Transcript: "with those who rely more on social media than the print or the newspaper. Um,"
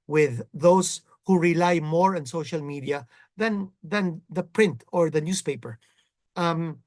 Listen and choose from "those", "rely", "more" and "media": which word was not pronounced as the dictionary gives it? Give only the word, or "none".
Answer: those